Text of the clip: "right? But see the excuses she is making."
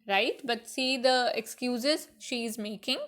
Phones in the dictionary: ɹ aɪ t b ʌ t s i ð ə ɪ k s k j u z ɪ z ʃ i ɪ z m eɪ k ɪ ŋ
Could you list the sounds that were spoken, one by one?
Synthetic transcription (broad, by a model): ɹ aɪ t b ʌ t s i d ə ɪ k s k j u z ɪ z ʃ i ɪ z m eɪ k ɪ ŋ